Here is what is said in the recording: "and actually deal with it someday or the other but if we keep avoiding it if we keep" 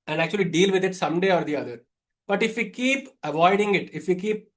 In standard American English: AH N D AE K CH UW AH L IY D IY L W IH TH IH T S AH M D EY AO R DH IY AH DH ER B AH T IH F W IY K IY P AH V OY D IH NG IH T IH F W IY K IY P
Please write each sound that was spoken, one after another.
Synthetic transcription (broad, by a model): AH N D AE K CH UW AH L IY D IY L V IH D IH T S AH M D EY AO R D IY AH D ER B AH T IH F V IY K IY P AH V OY D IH NG IH T IH F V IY K IY P